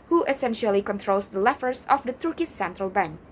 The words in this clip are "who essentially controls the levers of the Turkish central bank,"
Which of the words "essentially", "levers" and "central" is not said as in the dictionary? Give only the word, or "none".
levers